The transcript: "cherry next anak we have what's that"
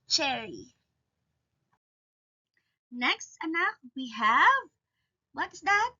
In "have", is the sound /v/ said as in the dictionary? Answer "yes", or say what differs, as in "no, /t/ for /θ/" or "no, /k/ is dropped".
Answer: yes